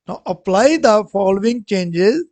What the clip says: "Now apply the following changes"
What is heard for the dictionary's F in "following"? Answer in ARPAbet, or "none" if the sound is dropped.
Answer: F